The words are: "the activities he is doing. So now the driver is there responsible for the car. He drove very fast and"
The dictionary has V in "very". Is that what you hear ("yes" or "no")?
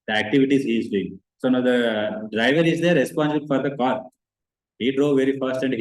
yes